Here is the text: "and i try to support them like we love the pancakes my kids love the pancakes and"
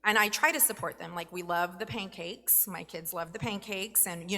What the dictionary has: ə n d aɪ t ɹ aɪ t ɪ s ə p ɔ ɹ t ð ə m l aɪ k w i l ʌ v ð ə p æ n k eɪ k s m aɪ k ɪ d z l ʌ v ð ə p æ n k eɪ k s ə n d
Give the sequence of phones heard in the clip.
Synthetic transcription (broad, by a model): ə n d aɪ t ɹ aɪ t ɪ s ə p ɔ ɹ t ð ə m l aɪ k w i l ʌ v ð ə p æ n k eɪ k s m aɪ k ɪ d z l ʌ v ð ə p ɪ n k eɪ k s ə n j